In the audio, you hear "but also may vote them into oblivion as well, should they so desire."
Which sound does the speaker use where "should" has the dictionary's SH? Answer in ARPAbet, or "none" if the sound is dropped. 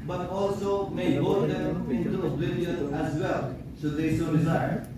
S